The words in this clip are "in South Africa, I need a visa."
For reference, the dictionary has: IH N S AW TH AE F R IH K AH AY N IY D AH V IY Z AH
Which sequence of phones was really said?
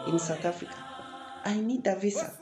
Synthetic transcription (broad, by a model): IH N S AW T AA F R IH K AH AY N IY D AH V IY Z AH